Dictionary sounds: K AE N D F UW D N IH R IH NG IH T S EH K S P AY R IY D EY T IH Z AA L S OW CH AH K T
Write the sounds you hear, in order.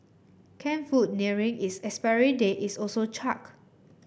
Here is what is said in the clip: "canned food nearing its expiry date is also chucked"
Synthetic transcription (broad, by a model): K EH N F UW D N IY R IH NG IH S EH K S P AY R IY D EY T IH S AA L S OW CH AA K